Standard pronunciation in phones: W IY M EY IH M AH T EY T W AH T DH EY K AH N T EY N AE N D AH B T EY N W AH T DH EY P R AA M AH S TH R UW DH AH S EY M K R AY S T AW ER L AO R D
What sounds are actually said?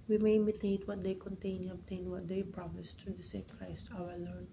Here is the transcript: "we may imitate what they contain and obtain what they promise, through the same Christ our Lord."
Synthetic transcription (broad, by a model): W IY M EY IH M AH T EY T W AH T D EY K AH N T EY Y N AH B T EY N W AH T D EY P R AA M AH S T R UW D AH S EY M K R AY S T AW ER L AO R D